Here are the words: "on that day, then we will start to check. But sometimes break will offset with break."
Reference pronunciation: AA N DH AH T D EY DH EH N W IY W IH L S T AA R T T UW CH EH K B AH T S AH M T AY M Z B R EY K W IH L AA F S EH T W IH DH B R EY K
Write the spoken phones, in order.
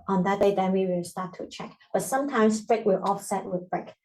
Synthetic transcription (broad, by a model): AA N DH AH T D EY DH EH N W IY W IH L S T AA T T UW CH EH K B AH T S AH M T AY M S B R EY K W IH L AA F S EH T W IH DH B R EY K